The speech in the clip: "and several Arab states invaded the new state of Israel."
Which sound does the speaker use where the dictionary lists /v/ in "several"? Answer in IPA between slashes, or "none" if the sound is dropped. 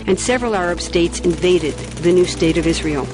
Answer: /v/